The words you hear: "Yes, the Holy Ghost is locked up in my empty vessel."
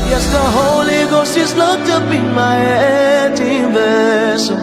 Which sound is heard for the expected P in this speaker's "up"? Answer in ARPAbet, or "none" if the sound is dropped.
B